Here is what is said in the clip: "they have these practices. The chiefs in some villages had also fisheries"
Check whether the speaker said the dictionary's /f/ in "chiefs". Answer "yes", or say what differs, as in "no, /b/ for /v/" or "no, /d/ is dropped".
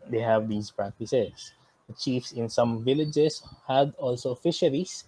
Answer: yes